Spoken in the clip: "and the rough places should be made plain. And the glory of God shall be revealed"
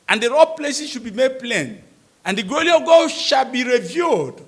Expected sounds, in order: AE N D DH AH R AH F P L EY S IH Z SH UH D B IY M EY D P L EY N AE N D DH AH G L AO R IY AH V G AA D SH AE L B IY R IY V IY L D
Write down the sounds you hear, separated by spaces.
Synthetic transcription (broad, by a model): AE N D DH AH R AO P L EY S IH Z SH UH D B IY M EY D P L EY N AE N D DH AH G AO L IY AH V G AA SH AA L B IY R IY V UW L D